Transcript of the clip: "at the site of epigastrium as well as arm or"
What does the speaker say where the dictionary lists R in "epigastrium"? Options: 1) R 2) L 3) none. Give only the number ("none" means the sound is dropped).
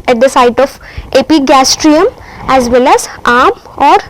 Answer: 1